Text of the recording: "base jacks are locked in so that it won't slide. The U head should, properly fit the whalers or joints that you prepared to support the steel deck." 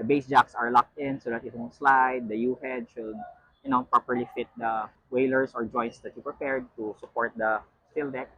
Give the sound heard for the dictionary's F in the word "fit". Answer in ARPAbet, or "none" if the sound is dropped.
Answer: F